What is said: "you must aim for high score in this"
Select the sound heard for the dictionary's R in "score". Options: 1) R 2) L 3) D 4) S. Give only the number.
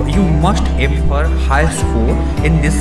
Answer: 2